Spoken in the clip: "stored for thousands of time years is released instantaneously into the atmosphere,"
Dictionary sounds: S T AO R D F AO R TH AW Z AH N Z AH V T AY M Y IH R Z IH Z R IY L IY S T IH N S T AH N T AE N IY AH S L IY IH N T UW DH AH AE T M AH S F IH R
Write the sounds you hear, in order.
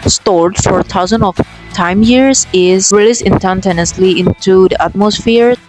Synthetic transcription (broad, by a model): S T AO R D F AO R T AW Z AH N AH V T AY M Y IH R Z IH Z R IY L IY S IH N T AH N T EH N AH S L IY IH N T UW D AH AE T M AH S F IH R